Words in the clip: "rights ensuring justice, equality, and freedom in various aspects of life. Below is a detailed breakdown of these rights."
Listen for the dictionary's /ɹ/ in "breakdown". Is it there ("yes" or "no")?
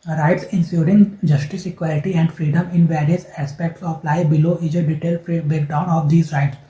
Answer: no